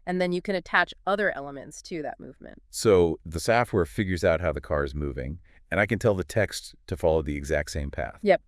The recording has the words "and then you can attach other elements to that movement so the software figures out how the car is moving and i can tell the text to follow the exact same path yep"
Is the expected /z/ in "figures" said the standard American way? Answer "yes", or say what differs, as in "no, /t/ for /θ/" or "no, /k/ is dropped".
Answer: yes